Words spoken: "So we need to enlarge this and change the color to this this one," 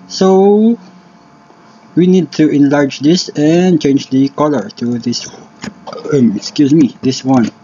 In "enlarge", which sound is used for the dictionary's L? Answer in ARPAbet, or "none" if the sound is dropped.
L